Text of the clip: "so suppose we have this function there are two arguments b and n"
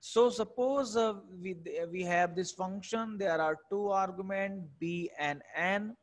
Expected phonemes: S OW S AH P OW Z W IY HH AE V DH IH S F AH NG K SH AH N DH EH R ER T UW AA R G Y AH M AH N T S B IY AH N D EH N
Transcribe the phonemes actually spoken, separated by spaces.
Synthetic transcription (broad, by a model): S OW S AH P OW Z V IY HH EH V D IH S F AH NG K SH AH N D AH R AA T UW AA R G Y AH M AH N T B IY AH N D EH N